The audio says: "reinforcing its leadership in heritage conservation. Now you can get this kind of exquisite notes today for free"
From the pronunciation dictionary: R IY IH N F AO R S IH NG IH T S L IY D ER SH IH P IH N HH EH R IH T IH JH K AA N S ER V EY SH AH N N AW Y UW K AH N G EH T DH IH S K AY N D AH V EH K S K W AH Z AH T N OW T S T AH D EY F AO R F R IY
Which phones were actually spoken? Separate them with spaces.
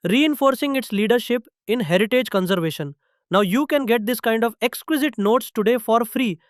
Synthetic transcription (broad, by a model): R IY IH N F AO R S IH NG IH T S L IY D ER SH IH P IH N HH EH R IH T IH JH K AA N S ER V EY SH AH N N AW Y UW K AH N G EH T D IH S K AY N D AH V EH K S K W AH Z AH T N OW T S T AH D EY F AO R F R IY